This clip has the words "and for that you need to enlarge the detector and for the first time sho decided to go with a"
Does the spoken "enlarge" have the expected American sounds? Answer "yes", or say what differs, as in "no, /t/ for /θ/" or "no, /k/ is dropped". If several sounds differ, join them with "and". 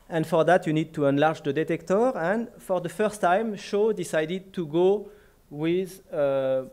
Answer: yes